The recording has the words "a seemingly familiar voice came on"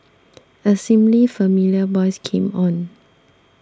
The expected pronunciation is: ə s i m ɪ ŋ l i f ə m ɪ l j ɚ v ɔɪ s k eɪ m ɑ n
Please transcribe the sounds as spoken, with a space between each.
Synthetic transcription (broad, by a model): ə s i m l i f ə m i l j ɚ b ɔɪ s k eɪ m ɑ n